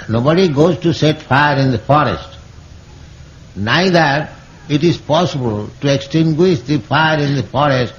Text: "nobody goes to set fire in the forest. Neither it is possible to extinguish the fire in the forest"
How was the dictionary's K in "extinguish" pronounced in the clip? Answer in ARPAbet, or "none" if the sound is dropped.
K